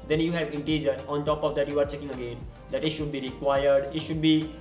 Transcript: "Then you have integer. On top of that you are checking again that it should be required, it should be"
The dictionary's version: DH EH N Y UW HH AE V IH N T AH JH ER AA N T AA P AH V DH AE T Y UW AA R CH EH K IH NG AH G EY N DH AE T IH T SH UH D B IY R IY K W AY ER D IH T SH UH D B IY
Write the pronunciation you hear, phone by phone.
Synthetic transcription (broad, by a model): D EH N Y UW HH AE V IH N T AH JH ER AA N T AA P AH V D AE T Y UW AA R CH EH K IH NG AH G EY N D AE T IH T SH UH D B IY R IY K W AY ER D IH T SH UH D B IY